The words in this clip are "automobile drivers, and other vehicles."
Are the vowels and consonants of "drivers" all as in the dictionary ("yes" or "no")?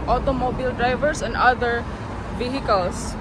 no